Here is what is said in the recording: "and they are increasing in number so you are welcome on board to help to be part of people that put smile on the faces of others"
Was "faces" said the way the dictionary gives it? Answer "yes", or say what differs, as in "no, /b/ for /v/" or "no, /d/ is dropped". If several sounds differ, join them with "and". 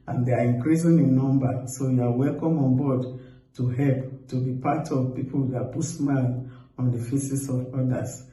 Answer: no, /s/ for /z/